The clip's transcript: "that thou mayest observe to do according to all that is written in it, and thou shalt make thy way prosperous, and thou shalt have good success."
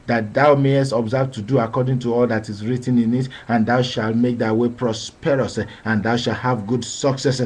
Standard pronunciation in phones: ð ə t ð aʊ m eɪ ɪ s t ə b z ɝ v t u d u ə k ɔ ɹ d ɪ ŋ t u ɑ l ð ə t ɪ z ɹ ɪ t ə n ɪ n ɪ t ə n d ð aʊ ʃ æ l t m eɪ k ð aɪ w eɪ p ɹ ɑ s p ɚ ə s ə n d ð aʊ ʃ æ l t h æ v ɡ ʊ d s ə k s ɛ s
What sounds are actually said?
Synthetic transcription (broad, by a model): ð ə t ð aʊ m eɪ ɪ s t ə b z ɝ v t u d u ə k ɔ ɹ d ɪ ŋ t u ɑ l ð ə t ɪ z ɹ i t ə n ɪ n ɪ t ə n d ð aʊ ʃ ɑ l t m eɪ k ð aɪ w eɪ p ɹ ɑ s p ɚ ə s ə n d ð aʊ ʃ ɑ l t h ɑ v ɡ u d s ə k s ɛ s